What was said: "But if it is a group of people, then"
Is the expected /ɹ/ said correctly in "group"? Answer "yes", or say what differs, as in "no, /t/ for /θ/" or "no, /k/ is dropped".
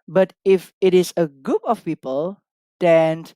no, /ɹ/ is dropped